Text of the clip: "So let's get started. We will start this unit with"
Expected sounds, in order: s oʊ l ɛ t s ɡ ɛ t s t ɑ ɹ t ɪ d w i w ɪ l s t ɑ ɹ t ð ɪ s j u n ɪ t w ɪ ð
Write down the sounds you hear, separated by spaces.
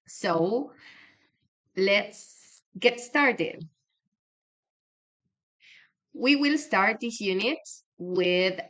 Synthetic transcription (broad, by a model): s oʊ l ɛ t s ɡ ɛ t s t ɑ ɹ t ɪ d w i w ɪ l s t ɑ ɹ t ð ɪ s j u n ɪ t w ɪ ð